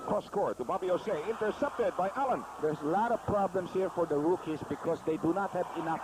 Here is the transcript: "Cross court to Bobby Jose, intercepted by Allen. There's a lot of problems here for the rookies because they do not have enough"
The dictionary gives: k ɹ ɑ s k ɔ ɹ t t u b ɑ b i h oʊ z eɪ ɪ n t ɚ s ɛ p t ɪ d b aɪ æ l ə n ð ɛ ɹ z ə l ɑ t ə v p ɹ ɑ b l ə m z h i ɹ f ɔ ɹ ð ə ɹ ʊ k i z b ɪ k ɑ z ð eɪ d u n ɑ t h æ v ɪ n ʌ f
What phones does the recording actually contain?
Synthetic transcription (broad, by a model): k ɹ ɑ s k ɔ ɹ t t u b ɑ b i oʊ s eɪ ɪ n t ɚ s ɛ p t ɪ d b aɪ æ l ə n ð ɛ ɹ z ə l ɑ t ə v p ɹ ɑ b l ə m s h i ɹ f ɔ ɹ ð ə ɹ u k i s b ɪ k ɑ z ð eɪ d u n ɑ t h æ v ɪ n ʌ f